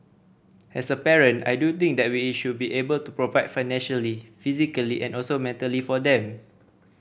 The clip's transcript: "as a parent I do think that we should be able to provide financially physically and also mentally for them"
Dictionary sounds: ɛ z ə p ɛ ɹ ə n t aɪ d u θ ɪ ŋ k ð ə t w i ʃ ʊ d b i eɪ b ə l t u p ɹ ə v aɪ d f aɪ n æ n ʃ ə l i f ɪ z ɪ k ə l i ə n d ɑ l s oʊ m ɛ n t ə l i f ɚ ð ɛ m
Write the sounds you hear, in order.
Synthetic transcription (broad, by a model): ɛ s ə p ɛ ɹ ə n t aɪ d u t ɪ ŋ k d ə t w i ʃ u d b i eɪ b ə l t u p ɹ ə v aɪ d f aɪ n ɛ n ʃ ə l i f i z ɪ k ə l i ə n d ɑ l s oʊ m ɛ n t ə l i f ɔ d ɛ m